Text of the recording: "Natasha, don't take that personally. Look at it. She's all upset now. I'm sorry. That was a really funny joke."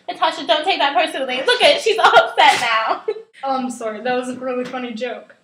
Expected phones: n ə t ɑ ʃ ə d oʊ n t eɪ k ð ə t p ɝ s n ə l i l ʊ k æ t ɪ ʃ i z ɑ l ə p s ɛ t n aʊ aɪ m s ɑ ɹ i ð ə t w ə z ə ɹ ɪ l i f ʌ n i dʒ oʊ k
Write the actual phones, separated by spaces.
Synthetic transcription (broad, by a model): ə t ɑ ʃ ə d oʊ n t eɪ k ð ə t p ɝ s ə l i l ʊ k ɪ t ʃ i z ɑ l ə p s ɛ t n aʊ aɪ m s ɑ ɹ i ð ə t w ə z ə ɹ ɪ l i f ʌ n i dʒ oʊ k